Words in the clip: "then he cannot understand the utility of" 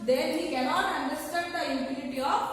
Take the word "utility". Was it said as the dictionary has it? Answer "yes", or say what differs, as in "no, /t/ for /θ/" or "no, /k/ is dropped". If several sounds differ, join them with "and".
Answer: no, /n/ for /l/